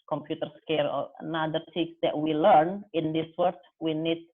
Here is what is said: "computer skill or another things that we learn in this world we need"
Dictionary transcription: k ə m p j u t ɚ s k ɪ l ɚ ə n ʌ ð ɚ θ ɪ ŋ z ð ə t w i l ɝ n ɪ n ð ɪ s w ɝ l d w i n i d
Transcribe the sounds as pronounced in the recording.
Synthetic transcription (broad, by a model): k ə m p j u t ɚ s k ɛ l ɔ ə n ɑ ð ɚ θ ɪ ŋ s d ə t w i l ɝ n ɪ n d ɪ s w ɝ d w i n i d